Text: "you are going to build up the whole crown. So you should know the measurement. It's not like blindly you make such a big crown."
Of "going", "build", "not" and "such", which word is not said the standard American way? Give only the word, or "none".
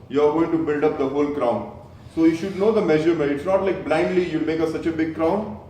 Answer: none